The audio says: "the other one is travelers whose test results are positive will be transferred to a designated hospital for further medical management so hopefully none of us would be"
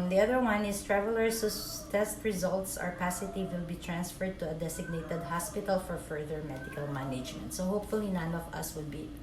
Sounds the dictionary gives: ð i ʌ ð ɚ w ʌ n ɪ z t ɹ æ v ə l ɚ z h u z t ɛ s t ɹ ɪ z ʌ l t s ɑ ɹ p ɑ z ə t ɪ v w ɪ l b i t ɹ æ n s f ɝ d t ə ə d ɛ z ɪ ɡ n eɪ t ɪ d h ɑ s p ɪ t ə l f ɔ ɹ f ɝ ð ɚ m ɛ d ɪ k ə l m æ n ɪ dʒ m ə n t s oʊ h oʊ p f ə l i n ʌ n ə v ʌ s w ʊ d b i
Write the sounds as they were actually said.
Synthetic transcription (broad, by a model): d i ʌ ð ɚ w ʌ n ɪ s t ɹ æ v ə l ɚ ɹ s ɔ t ɛ s t ɹ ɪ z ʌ l t s ɑ ɹ p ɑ s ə t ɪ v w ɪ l b i t ɹ æ n s f ɝ d t ə ə d ɛ s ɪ ɡ n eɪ t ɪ d h ɑ s p ɪ t ə l f ɔ ɹ f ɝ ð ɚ m ɛ d ɪ k ə l m æ n ɪ dʒ m ə n t s oʊ h oʊ p f ə l i n ʌ n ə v ʌ s w ʊ d b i